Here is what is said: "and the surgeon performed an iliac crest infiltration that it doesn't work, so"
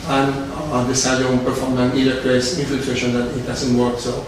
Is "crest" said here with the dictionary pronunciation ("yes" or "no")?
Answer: no